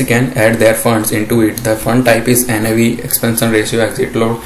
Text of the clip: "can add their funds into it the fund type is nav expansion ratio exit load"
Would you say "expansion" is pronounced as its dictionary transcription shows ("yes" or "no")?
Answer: no